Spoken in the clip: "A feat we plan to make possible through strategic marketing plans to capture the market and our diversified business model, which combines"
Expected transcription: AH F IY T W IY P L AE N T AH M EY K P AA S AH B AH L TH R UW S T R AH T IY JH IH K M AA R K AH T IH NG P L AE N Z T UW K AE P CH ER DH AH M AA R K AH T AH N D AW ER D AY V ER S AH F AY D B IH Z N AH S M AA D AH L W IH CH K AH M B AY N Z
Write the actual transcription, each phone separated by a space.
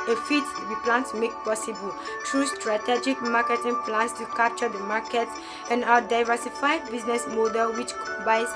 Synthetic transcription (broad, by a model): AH F IY T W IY P L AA N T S M EY K P AA S AH B AH L T R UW S T R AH T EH JH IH K M AA K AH T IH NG P L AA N S T UW K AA P CH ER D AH M AA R K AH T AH N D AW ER D AY V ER S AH F AY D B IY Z N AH S M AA D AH L W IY CH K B AY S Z